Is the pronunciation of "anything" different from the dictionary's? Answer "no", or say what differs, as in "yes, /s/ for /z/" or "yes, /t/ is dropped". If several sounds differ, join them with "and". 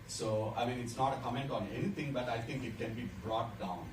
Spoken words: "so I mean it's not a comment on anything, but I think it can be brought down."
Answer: yes, /t/ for /θ/